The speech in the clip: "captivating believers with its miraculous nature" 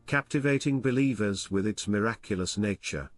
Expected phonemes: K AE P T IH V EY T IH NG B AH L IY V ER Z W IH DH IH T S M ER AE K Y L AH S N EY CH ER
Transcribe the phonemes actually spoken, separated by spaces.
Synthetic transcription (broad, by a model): K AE P T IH V EY T IH NG B AH L IY V ER Z W IH DH IH T S M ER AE K Y L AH S N EY CH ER